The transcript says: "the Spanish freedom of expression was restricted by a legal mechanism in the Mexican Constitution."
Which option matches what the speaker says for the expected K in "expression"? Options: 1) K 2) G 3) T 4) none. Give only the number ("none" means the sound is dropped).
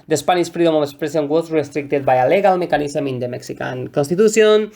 4